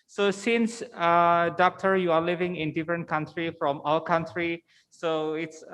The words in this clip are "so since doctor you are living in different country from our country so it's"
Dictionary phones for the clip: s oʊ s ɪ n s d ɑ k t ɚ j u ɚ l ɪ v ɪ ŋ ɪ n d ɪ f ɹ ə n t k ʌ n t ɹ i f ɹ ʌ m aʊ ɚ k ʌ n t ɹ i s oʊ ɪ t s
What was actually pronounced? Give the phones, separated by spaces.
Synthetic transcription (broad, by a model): s oʊ s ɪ n s d ɑ k t ɚ j u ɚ l ɪ v ɪ ŋ ɪ n d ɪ f ɹ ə n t k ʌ n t ɹ i f ɹ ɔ m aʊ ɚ k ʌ n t ɹ i s oʊ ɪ t s